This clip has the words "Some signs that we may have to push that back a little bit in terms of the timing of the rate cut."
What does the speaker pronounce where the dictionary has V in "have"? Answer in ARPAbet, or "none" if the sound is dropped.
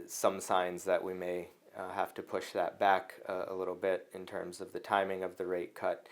F